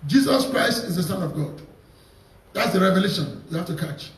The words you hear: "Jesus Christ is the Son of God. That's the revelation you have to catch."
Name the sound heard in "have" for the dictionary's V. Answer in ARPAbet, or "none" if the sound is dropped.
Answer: F